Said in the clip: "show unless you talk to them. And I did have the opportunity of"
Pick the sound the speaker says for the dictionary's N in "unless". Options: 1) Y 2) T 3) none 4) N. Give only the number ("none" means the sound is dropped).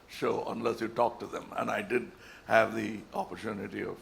4